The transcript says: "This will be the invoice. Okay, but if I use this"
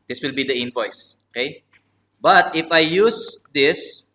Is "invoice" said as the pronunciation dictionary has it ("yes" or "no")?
no